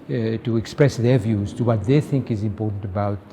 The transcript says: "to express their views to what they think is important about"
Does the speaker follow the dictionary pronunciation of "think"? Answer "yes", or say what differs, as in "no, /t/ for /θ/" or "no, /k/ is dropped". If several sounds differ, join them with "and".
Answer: yes